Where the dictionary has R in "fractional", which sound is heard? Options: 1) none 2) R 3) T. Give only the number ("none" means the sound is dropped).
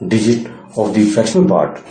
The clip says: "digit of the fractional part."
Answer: 1